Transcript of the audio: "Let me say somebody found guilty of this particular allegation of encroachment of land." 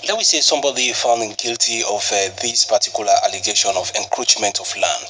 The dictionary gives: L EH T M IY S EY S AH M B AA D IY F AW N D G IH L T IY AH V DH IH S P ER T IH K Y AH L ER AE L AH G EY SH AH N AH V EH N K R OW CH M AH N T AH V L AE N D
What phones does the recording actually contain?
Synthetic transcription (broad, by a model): L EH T M IY S EY S AH M B AA D IY F AW N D G IH L T IY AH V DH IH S P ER T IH K Y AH L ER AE L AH G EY SH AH N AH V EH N K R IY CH M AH N T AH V L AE N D